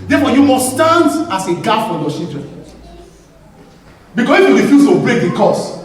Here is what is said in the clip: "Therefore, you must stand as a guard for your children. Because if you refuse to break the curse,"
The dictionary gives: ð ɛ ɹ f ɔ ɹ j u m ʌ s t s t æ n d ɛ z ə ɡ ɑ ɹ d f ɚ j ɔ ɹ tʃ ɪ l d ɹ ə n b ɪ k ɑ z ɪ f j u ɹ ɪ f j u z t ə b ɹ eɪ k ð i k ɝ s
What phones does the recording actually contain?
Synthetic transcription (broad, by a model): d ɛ f ɔ j u m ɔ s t s t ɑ n d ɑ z ə ɡ ɑ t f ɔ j ɔ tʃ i l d ɹ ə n b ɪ k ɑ s ɪ f j u ɹ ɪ f j u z t ə b ɹ eɪ k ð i k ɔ s